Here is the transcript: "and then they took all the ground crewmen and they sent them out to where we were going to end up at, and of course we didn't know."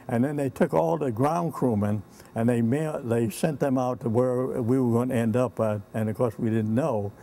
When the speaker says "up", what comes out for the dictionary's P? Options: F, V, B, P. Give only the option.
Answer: P